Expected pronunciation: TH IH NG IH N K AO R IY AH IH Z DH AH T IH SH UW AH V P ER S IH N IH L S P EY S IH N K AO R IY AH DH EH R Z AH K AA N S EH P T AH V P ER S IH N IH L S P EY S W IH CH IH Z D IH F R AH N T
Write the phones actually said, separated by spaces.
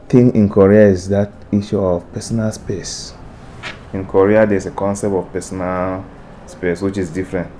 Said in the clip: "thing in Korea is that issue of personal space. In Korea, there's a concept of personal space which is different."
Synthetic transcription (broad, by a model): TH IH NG IH N K AO R IY AH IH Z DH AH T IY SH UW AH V P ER S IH N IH L S P EY S IH N K AO R IY AH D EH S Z AH K AA N S EH P T AH V P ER S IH N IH L S P EY S W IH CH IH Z D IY F R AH N T